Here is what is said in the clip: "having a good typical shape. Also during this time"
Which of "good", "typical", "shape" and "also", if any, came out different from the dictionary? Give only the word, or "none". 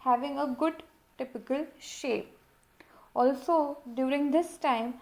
none